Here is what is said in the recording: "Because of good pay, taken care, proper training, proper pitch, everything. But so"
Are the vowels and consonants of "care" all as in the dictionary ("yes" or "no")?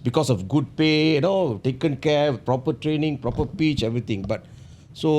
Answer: no